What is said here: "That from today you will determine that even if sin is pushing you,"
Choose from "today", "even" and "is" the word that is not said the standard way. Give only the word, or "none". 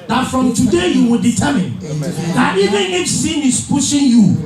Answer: is